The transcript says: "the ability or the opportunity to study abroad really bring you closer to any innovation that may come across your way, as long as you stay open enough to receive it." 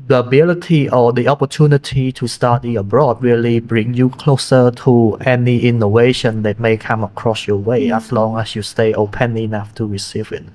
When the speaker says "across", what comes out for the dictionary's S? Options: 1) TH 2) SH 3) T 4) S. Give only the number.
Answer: 4